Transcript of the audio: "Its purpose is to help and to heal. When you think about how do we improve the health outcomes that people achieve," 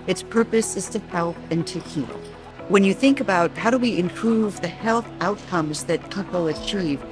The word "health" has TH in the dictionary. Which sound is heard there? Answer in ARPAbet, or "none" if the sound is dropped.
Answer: TH